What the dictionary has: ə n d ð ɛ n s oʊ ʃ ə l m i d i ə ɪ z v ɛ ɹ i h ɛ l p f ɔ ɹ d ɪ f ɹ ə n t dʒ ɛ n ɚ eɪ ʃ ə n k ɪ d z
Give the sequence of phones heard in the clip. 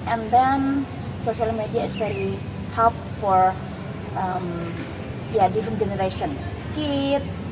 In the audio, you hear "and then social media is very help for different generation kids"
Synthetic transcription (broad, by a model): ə n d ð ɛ n s oʊ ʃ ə l m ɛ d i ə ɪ s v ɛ ɹ i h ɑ p f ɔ ɹ d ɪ f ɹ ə n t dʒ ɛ n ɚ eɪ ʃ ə n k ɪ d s